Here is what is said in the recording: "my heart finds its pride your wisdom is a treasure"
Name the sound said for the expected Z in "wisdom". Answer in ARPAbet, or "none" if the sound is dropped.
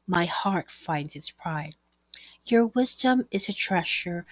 Z